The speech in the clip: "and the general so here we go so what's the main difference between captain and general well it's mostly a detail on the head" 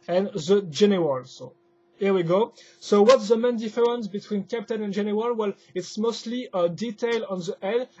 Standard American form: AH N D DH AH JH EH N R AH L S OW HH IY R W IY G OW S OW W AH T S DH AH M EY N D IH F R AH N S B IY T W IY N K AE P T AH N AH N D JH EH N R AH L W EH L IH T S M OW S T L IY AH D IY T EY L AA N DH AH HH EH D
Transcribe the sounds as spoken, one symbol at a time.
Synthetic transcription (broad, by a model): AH N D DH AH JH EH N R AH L S OW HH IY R W IY G OW S OW W AH T S DH AH M EY N D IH F R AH N S B IY T W IY N K AE P T AH N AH N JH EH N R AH L W EH L IH T S M OW S T L IY AH D IY T EY L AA N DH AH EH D